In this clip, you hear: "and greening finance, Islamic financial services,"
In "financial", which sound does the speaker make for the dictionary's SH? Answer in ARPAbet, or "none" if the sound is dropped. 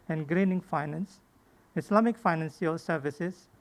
S